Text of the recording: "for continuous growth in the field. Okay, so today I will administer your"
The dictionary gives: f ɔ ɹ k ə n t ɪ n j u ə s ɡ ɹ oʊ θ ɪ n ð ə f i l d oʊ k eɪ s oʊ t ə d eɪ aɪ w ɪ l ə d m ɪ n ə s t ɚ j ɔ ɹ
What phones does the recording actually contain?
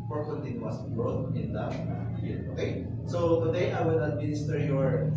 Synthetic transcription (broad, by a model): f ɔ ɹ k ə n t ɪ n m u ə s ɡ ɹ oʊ t ɪ n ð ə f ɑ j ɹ oʊ k eɪ s oʊ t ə d eɪ aɪ w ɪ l ə d m ɪ n ə s t ɚ j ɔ ɹ